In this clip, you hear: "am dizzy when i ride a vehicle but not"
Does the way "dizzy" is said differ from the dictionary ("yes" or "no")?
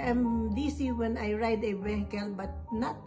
yes